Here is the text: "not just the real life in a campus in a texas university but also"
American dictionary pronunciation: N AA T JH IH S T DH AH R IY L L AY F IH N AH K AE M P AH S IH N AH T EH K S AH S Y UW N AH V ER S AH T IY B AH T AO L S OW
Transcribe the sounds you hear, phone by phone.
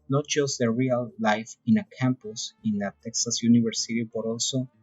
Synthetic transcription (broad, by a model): N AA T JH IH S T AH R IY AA L AY F IH N AH K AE M P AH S IH N AH T EH K S AH S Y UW N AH B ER S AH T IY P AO T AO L S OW